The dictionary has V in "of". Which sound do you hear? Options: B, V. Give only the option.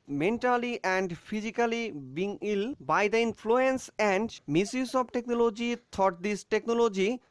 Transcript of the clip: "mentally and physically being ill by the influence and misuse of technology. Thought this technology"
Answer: B